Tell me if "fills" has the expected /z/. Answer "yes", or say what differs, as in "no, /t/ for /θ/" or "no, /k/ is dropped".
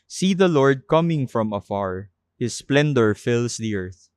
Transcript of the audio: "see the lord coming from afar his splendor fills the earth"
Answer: no, /s/ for /z/